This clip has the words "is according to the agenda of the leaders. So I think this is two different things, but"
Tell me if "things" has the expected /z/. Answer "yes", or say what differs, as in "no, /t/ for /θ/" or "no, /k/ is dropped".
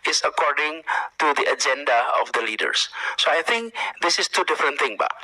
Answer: no, /z/ is dropped